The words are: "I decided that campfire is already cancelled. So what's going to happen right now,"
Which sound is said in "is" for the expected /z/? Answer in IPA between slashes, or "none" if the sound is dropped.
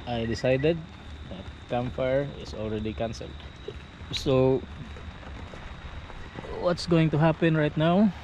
/s/